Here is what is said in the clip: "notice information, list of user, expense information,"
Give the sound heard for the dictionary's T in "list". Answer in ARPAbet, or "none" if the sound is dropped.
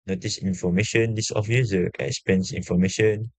none